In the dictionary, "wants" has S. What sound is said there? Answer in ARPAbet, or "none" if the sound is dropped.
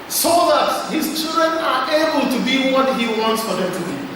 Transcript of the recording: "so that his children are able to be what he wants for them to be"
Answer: S